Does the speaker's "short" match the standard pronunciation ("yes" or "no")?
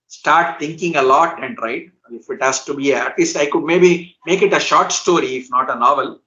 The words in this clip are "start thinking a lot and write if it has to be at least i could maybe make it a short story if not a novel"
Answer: yes